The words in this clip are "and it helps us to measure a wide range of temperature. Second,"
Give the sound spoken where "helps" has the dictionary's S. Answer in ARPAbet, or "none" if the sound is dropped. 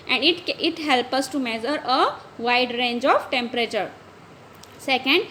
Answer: none